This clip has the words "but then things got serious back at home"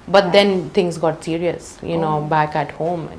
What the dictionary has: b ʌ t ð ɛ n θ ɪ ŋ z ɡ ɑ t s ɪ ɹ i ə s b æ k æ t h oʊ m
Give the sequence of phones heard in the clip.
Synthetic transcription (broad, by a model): b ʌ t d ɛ n t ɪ ŋ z ɡ ɑ t s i ɹ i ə s b æ k æ t h oʊ m